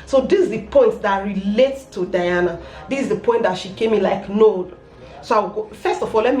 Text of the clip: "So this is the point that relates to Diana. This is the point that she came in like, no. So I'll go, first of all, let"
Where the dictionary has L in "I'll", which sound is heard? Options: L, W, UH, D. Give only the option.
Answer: W